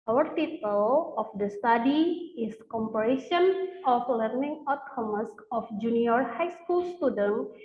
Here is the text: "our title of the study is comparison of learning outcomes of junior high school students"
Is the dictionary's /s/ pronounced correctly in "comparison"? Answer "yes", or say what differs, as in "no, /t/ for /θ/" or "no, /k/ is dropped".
no, /ʃ/ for /s/